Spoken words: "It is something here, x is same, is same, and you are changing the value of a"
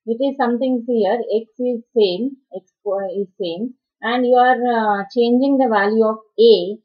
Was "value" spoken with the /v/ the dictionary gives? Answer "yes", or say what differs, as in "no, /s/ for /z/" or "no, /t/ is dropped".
yes